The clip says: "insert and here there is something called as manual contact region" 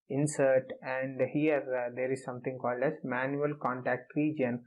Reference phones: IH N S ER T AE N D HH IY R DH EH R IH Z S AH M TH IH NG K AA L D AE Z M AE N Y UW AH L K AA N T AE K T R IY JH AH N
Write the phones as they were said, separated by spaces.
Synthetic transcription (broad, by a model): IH N S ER T AE N D HH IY R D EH R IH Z S AH M T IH NG K AA L D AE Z M AE N Y UW AH L K AA N T AE K T R IY JH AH N